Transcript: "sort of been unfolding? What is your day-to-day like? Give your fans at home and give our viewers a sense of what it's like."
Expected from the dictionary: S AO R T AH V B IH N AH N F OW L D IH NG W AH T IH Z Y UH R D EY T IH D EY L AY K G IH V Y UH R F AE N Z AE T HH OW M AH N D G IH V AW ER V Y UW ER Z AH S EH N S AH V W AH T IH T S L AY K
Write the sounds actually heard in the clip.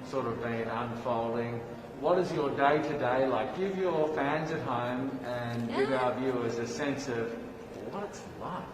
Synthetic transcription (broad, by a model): S AO R T AH V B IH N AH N F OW L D IH NG W AH T IH Z Y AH R D EY T IH D EY L AY K G IH V Y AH R F AE N Z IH T HH OW M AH N G IH V AW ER V Y UW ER Z AH S EH N S AH V W AH T IH T S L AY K